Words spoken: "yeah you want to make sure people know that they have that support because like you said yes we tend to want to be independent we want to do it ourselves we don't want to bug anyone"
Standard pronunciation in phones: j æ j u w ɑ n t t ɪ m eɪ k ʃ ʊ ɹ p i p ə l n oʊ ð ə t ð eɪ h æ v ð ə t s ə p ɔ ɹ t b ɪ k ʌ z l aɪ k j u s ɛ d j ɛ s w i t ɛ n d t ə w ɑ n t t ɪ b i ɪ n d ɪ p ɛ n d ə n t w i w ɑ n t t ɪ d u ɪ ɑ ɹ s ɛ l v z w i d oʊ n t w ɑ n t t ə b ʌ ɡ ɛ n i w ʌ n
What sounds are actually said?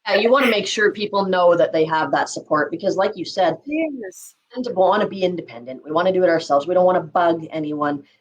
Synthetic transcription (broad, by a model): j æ j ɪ w ɑ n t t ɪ m eɪ k ʃ ʊ ɹ p i p l n oʊ ð ə t ð eɪ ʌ v ð ə t s ə p ɔ ɹ t b ɪ k ʌ z l aɪ k j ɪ s ɛ d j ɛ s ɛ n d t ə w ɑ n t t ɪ b i ɪ n d ɪ p ɛ n d ə n t w i w ɑ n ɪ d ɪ d ɪ ɑ ɹ s ɛ l v z w i d oʊ n t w ɑ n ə b ʌ ɡ ɛ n i w ʌ n